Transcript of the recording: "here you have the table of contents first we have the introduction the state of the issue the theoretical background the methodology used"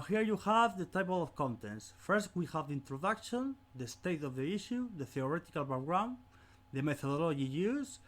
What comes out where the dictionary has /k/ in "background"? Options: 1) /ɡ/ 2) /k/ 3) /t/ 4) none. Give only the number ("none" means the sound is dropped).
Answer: 4